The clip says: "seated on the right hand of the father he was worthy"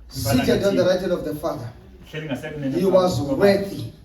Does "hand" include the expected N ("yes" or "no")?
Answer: no